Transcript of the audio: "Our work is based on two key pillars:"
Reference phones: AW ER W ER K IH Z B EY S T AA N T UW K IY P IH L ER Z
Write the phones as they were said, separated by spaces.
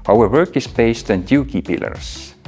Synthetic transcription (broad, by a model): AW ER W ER K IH S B EY S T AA N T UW K IY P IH L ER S